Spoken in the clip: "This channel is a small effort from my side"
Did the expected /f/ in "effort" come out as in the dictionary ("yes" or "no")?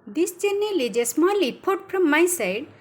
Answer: no